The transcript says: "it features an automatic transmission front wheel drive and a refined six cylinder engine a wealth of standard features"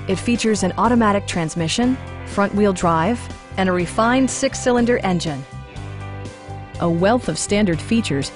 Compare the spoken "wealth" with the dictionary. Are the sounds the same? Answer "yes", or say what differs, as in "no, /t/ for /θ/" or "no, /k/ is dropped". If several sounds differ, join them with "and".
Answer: yes